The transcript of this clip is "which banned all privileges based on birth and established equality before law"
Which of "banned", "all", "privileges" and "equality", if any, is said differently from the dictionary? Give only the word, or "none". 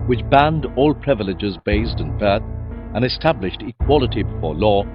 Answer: none